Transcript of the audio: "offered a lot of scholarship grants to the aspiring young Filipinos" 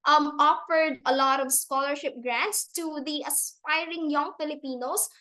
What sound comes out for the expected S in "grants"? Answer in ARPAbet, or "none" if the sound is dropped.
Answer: S